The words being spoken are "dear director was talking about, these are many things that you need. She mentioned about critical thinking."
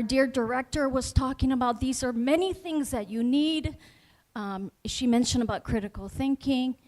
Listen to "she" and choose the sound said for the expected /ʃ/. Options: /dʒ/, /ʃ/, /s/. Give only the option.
/ʃ/